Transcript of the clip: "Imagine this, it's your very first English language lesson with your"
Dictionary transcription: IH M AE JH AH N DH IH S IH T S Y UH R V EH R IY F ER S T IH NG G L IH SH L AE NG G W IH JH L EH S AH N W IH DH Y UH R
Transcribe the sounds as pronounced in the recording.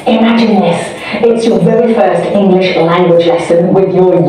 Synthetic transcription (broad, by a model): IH M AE JH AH N DH IH S IH T S Y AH R V EH R IY F ER S T IH NG G L IH SH L AE NG G W IH JH L EH S AH N W IH DH Y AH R